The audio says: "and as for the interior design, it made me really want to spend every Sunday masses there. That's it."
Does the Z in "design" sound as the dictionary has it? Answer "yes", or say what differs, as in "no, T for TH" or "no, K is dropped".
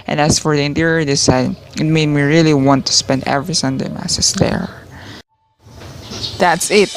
no, S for Z